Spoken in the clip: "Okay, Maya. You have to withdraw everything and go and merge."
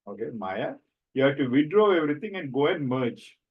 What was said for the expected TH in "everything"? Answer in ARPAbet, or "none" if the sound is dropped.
T